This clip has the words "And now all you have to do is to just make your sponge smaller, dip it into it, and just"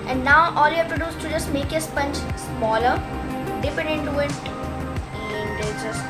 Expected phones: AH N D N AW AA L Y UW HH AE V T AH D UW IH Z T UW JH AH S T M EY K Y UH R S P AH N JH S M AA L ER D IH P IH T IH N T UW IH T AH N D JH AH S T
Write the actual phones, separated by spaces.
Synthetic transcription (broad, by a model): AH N D N AW AA L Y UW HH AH P T AH D UW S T T UW JH AH S T M EY K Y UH S P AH N CH S M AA L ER D IH P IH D IH N T UW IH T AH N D JH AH S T